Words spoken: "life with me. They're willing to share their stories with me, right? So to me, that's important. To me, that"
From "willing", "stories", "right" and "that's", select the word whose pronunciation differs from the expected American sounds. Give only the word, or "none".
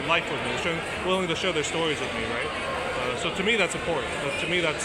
none